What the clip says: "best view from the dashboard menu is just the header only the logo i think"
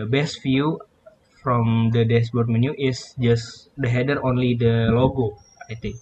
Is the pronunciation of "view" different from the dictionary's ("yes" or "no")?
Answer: yes